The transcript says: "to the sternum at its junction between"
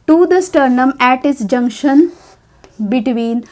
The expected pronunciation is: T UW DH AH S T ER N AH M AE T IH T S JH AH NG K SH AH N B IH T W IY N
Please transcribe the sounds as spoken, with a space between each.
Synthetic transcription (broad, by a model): T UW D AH S T ER N AH M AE T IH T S JH AH NG K SH AH N B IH T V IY N